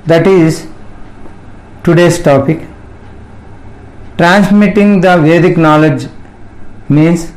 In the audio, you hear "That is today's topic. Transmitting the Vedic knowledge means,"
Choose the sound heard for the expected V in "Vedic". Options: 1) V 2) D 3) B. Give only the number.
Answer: 1